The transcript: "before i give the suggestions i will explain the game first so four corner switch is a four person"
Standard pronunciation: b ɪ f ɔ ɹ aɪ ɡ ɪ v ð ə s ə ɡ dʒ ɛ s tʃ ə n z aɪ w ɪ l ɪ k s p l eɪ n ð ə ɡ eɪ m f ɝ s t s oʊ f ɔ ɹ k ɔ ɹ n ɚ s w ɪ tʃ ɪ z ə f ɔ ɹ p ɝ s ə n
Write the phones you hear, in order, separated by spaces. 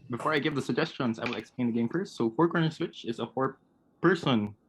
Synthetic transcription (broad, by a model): b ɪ f ɔ ɹ aɪ ɡ ɪ v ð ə s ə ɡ dʒ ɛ s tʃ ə n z aɪ w ɪ l ɪ k s p l eɪ n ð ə ɡ eɪ m p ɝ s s oʊ f ɔ ɹ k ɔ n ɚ s w ɪ tʃ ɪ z ə f ɔ ɹ p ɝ s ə n